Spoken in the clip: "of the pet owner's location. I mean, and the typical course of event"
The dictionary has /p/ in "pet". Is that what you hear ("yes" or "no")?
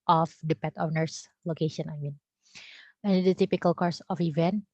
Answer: yes